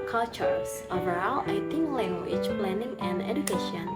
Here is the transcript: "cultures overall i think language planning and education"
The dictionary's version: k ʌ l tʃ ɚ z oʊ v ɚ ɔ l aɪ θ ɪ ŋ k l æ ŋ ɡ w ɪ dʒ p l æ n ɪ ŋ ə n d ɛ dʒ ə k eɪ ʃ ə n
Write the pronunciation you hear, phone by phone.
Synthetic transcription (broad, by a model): k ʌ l tʃ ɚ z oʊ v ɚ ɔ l aɪ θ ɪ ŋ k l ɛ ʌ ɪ tʃ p l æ n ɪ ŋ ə n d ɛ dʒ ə k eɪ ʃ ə n